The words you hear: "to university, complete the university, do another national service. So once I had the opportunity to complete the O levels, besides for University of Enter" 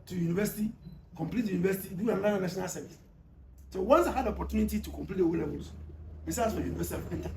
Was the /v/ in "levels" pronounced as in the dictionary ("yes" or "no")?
no